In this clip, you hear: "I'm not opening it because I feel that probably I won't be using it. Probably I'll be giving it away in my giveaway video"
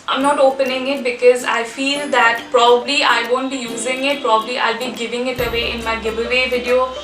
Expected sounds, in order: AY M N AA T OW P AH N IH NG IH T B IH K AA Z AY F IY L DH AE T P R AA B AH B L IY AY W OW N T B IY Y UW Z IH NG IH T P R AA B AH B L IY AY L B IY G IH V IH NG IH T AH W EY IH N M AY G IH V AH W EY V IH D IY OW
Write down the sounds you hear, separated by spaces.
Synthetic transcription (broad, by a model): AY M N AA T OW P AH N IH NG IH T B IH K AA Z AY F IY L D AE T P R AA B AH B L IY AY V OW N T B IY Y UW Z IH NG IH T P R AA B AH B L IY AY L B IY G IH V IH NG IH T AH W EY IH N M AY G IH B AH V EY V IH D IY OW